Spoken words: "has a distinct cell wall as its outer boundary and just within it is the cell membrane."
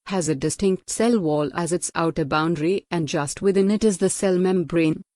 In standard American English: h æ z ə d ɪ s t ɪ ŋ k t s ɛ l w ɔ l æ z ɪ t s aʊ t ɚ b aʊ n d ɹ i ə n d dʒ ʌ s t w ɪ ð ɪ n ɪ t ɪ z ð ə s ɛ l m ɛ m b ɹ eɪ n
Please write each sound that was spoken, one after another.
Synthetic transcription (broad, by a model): h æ z ə d ɪ s t ɪ ŋ k t s ɛ l w ɔ l æ z ɪ t s aʊ t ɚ b aʊ n d ɹ i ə n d dʒ ʌ s t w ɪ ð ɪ n ɪ t ɪ z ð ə s ɛ l m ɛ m b ɹ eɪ n